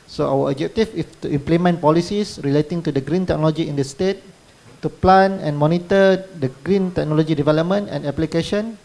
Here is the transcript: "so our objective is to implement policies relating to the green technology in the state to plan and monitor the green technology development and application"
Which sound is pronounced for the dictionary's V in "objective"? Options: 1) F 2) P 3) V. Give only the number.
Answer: 1